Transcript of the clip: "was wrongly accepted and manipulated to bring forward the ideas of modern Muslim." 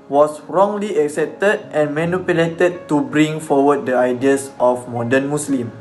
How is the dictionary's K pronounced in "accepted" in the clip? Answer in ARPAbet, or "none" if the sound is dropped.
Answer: K